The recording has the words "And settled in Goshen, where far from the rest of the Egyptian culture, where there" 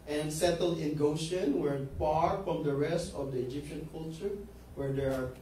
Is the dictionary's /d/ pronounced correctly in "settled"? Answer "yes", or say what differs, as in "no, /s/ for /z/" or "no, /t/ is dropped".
no, /d/ is dropped